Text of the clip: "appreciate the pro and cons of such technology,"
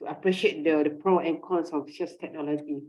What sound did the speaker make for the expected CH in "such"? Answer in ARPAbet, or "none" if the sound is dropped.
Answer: S